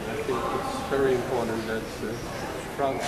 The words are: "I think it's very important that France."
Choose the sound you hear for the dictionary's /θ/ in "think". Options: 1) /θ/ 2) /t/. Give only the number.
1